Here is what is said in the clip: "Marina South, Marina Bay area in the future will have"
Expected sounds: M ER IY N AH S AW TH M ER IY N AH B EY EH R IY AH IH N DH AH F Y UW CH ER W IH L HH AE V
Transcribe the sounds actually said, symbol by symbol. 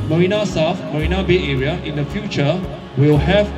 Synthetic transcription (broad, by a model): M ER IY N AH S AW F M ER IY N AH B EY EH R IY AH IH N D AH F Y UW CH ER W IH L HH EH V